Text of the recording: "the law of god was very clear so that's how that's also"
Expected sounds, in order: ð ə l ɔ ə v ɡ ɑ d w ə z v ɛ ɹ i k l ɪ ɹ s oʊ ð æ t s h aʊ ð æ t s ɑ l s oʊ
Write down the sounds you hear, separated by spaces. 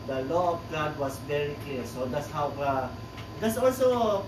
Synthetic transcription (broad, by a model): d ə l ɔ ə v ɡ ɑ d w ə s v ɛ ɹ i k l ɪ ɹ s oʊ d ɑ t s h aʊ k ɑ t s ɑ l s oʊ